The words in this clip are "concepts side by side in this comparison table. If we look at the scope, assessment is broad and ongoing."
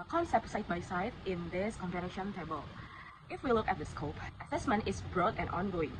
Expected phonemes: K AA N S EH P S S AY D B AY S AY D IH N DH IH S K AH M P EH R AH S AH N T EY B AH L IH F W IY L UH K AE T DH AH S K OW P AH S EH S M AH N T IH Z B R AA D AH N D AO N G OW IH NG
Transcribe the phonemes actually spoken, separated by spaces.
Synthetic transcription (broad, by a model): K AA N S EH P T S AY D B AY S AY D IH N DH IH S K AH M P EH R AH SH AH N T EY B AH L IH F W IY L UH K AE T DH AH S K OW P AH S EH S M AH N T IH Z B R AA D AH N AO N G OW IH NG